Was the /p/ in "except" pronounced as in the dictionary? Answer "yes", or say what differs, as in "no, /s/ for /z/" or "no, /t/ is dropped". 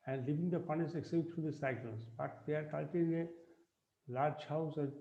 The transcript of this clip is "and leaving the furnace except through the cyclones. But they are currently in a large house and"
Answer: no, /p/ is dropped